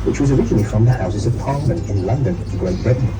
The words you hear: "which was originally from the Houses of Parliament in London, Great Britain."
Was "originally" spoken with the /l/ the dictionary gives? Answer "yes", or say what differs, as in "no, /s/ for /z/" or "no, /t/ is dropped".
no, /n/ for /l/